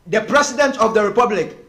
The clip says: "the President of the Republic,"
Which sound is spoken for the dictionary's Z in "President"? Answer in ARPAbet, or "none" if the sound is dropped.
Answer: S